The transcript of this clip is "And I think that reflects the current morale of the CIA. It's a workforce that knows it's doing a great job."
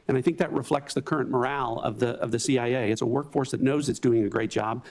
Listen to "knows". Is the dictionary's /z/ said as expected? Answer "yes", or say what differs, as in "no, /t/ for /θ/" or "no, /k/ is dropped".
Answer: yes